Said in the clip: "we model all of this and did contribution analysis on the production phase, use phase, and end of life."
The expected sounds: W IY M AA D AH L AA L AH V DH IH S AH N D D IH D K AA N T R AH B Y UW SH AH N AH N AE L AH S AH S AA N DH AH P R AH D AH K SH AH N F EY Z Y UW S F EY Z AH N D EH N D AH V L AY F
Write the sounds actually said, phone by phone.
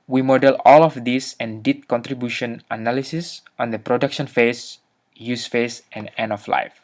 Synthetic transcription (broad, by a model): W IY M AA D AH L AA L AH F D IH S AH N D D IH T K AA N T R AH B Y UW SH AH N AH N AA L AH S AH S AA N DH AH P R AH D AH K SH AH N F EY S Y UW S F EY S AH N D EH N AH F L AY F